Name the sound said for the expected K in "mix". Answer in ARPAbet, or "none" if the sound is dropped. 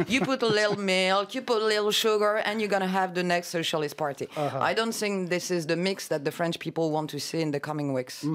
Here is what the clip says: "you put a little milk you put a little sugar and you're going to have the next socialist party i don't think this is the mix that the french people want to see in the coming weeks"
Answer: K